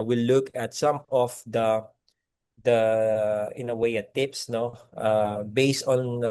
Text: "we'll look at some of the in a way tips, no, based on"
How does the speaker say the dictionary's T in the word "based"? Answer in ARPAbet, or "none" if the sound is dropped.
T